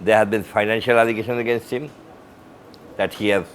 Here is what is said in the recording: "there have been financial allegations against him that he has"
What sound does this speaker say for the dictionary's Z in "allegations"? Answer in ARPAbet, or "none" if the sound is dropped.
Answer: none